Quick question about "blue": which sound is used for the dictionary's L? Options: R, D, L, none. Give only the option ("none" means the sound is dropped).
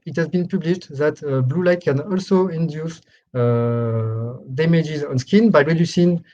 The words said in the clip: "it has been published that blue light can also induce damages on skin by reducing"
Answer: L